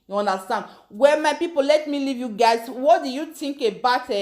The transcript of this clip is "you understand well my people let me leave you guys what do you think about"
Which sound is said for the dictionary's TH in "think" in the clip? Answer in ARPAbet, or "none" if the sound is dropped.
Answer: T